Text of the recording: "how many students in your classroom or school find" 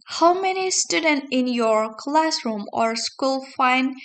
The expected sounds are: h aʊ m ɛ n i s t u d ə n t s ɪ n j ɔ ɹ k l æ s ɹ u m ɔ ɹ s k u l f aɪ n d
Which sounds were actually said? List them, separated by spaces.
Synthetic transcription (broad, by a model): h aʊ m ɛ n i s t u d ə n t ɪ n j ɔ ɹ k l æ s ɹ u m ɔ ɹ s k u l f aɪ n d